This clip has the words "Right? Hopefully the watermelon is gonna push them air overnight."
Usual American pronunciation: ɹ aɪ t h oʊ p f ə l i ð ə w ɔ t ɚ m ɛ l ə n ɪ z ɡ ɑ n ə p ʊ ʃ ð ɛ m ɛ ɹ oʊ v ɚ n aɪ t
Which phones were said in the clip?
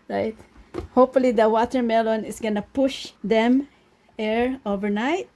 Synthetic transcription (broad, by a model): ɹ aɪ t h oʊ p f ə l i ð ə w ɔ t ɚ m ɛ l ə n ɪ s ɡ ɑ n ə p ʊ ʃ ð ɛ m ɛ ɹ oʊ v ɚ n aɪ t